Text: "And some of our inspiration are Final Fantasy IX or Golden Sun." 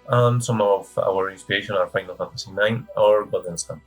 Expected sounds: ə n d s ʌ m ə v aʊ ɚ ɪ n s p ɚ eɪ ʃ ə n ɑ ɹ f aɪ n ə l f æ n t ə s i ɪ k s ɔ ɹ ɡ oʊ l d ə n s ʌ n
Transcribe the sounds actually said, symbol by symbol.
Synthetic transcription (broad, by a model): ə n s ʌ m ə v aʊ ɚ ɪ n s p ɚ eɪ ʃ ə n ɑ ɹ f aɪ n ə l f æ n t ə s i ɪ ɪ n ɔ ɹ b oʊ d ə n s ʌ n